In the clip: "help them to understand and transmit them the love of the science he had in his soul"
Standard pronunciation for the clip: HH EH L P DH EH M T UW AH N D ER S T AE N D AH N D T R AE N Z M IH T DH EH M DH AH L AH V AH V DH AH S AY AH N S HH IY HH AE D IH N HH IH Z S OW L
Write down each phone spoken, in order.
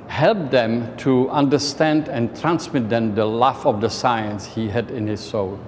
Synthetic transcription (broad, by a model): HH EH L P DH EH M T UW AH N D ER S T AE N D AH N T R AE N S M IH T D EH M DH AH L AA F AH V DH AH S AY AH N S HH IY HH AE D IH N HH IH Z S OW L